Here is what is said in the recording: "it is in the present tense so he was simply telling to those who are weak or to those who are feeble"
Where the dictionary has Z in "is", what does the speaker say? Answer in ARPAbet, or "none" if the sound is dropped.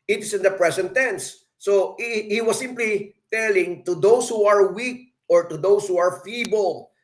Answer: S